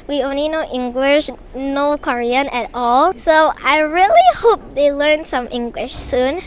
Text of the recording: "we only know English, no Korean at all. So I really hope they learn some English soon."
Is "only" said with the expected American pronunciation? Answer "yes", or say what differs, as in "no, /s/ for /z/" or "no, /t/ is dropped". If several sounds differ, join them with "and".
yes